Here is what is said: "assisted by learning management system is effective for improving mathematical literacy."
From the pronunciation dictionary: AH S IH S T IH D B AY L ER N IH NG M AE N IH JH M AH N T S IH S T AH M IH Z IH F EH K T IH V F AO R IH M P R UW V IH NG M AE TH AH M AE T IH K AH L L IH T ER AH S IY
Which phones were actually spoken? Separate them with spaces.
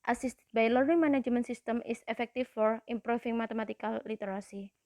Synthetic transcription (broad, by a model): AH S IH S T B AY L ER IH NG M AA N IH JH M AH N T S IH S T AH M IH S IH F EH K T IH F AO R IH M P R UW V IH NG M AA T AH M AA T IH K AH L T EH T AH S IY